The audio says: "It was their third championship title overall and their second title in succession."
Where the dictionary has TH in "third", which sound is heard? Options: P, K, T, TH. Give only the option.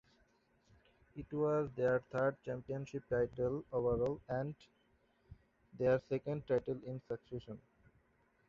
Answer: T